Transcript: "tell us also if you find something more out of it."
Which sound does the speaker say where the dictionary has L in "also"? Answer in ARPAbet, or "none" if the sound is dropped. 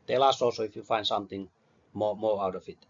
none